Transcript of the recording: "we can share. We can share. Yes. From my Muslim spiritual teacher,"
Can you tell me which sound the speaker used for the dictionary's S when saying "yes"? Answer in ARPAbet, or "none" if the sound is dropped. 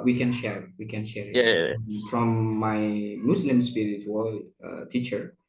none